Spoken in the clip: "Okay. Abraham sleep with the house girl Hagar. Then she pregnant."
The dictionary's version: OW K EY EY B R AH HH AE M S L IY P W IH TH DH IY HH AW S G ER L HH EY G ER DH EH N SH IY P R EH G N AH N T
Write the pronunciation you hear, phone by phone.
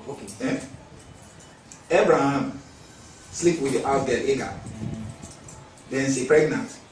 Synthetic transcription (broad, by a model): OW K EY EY B R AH HH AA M S L IY P W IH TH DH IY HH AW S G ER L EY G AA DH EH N S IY P R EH G N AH N T